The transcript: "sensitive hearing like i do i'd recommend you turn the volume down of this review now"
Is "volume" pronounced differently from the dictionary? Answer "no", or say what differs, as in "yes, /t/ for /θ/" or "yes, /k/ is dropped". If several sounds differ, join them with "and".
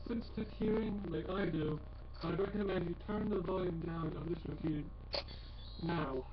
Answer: no